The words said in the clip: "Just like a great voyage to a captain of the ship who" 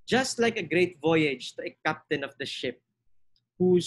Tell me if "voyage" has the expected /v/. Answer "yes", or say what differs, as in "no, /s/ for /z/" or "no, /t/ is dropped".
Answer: yes